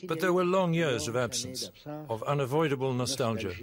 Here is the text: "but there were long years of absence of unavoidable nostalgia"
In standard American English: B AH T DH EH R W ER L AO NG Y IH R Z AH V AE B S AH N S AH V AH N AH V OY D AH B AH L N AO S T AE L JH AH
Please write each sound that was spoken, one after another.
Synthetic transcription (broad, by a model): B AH T DH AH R W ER L AO NG Y IH R Z AH V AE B S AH N S AH V AH N AH V OY D AH B AH L N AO S T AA L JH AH